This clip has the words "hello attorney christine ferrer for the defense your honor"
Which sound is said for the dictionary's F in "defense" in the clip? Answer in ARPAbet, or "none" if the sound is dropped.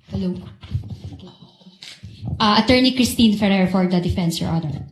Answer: F